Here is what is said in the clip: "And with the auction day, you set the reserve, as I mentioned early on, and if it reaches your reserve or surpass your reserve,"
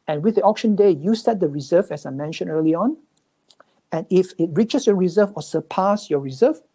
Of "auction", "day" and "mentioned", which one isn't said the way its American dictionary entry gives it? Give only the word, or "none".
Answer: mentioned